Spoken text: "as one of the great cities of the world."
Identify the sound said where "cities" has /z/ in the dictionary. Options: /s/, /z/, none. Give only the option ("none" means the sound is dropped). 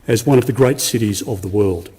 /z/